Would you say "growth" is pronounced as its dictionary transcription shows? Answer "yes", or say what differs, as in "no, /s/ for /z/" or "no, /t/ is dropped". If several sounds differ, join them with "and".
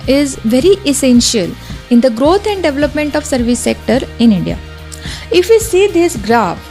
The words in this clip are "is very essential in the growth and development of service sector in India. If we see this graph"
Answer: no, /t/ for /θ/